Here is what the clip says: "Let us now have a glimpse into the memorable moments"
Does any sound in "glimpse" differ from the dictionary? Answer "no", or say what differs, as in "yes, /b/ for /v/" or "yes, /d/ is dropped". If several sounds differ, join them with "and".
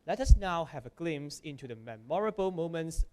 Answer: yes, /p/ is dropped